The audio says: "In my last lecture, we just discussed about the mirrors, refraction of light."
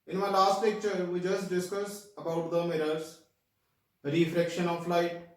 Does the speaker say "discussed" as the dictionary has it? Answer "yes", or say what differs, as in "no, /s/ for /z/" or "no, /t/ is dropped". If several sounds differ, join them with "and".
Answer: no, /t/ is dropped